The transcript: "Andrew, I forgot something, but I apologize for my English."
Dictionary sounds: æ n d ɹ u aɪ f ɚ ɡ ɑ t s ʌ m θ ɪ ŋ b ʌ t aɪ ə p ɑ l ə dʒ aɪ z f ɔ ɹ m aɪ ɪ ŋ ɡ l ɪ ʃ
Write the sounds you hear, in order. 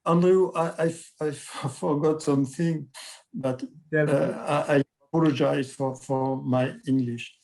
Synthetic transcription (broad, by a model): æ n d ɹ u aɪ f ɚ ɡ ɑ t s ʌ m θ ɪ ŋ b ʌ t aɪ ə p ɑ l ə dʒ aɪ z f ɔ ɹ m aɪ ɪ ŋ ɡ l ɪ ʃ